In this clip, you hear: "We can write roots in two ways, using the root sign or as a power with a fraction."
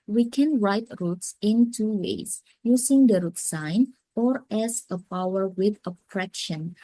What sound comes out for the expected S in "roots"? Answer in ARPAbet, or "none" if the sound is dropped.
S